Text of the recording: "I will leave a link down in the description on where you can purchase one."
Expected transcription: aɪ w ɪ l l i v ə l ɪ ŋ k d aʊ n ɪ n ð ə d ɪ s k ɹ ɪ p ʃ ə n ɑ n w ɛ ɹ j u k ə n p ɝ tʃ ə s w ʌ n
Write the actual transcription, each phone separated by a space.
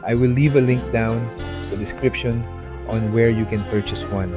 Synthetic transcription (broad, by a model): aɪ w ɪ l l i v ə l ɪ ŋ k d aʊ ɪ n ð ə d ɪ s k ɹ ɪ p ʃ ə n ɑ n w ɛ ɹ j u k ə n p ɝ tʃ ə s w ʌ n